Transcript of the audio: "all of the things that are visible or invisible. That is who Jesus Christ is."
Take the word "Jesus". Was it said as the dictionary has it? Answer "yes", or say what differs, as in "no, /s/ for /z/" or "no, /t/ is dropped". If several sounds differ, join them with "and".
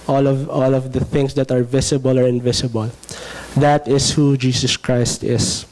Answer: no, /s/ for /z/